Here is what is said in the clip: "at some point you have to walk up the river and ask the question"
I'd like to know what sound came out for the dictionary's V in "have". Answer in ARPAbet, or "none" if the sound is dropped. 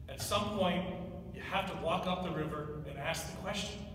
F